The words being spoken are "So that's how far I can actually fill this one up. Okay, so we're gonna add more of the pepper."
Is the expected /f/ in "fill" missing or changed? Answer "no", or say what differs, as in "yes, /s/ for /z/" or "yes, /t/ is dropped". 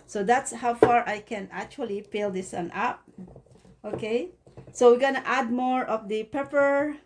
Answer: yes, /p/ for /f/